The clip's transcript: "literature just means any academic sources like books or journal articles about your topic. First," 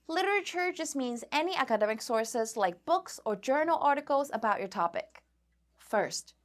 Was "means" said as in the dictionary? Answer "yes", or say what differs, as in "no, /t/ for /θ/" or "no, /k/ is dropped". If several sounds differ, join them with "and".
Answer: yes